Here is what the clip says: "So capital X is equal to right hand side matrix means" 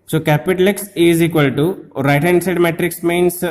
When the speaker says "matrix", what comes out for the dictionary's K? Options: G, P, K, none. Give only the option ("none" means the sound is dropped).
K